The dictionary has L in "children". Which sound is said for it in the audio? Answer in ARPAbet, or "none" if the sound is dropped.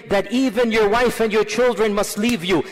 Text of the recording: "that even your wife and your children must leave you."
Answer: L